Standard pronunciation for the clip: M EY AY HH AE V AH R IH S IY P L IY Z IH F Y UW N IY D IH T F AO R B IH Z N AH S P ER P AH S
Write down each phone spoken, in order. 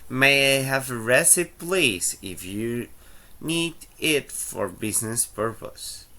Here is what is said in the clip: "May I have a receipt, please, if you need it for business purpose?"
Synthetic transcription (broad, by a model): M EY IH HH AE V AH R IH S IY P L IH S IH F Y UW N IY D IH T F AO R B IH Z N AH S P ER P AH S